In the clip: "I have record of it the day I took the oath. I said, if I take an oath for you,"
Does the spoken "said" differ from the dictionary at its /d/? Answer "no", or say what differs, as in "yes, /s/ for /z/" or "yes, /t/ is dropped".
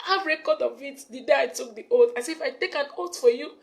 yes, /d/ is dropped